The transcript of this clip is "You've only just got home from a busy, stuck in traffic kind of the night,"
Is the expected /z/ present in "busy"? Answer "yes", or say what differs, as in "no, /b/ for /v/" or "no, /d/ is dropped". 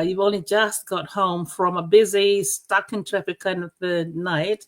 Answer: yes